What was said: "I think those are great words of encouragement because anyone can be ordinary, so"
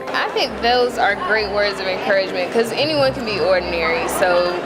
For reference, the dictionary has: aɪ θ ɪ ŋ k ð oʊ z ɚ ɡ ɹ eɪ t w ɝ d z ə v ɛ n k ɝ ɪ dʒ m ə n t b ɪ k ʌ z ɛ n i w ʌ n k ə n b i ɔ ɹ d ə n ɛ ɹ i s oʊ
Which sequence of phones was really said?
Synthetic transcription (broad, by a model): aɪ θ ɪ ŋ k ð oʊ z ɚ ɡ ɹ eɪ t w ɝ d z ə v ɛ n k ɝ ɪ dʒ m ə n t k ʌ z ɛ n i w ʌ n k ə n b i ɔ ɹ d n ɛ ɹ i s oʊ